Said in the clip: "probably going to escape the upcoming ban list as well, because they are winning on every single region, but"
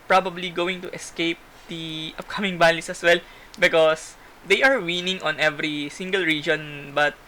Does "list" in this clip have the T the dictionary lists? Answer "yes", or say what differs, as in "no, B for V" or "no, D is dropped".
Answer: no, T is dropped